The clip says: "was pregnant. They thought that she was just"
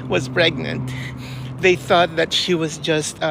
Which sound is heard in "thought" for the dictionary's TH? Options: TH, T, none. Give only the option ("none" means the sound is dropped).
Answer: TH